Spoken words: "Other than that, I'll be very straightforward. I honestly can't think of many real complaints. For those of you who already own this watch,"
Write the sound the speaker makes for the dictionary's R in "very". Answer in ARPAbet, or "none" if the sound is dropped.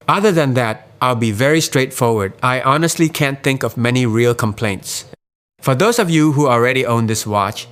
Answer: R